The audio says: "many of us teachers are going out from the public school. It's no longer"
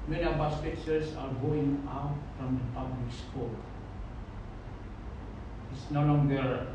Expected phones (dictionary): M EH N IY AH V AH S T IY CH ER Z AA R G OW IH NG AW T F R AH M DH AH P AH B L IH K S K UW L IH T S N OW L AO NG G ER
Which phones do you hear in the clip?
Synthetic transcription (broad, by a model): M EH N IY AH B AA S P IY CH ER S AA R G OW IH NG AW T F R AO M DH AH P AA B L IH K S K UW L IH T S N OW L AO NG G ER